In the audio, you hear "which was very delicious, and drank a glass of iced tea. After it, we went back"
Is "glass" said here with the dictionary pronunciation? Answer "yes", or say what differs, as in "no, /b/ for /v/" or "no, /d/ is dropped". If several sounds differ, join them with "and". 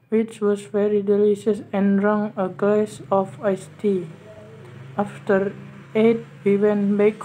no, /l/ is dropped